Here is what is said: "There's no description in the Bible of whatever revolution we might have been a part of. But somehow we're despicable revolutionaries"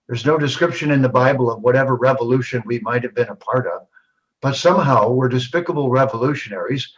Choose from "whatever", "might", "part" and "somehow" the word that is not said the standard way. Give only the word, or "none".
none